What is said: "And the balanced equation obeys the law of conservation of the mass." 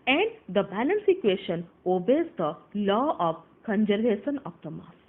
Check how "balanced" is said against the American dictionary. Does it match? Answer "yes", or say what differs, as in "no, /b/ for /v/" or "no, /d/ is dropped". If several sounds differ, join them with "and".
no, /t/ is dropped